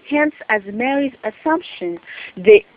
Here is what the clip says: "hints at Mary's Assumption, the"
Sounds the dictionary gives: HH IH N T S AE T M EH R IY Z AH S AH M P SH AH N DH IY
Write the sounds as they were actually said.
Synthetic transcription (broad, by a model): HH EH N S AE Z M EH R IY Z AH S AH M P SH AH N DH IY